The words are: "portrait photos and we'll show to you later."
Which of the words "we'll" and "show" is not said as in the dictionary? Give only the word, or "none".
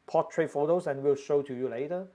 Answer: none